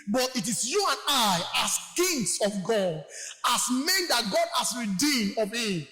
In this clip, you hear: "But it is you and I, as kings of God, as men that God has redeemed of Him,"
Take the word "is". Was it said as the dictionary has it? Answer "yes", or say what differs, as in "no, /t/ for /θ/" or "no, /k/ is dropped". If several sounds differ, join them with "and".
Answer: no, /s/ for /z/